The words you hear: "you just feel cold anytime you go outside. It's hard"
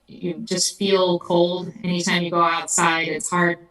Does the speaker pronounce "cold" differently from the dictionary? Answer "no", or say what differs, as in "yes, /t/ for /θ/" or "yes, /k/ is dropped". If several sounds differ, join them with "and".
no